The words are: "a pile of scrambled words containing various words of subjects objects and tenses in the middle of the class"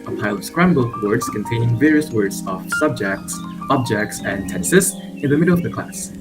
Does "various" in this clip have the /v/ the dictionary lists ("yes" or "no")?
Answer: yes